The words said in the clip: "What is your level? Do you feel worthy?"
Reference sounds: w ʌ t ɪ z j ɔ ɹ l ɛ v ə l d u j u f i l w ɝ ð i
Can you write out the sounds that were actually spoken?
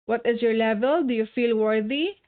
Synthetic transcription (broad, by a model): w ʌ t ɪ z j ɔ ɹ l ɛ v ə l d u j u f i l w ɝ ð i